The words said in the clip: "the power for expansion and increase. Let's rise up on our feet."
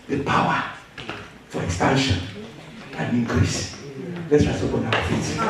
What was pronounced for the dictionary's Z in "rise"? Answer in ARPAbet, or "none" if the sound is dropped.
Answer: S